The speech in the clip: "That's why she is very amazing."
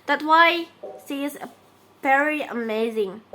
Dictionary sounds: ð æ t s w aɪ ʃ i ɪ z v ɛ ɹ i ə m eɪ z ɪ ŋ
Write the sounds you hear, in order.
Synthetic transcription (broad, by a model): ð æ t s w aɪ s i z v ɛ ɹ i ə m eɪ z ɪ ŋ